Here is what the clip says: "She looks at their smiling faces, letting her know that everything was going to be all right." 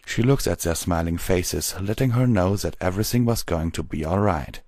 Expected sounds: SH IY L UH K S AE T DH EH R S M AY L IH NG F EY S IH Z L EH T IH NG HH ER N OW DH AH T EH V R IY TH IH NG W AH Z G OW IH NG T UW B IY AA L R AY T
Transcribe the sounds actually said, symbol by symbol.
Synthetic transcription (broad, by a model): SH IY L UH K S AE T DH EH R S M AY L IH NG F EY S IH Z L EH T IH NG HH ER N OW DH AH T EH V R IY TH IH NG W AH Z G OW IH NG T UW B IY AA L R AY T